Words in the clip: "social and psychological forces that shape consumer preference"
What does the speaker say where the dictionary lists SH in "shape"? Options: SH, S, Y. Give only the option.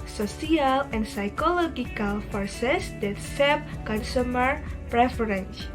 S